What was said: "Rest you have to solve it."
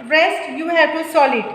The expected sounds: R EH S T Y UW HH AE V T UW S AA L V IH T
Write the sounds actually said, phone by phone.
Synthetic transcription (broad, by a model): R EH S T Y UW HH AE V T UW S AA L IH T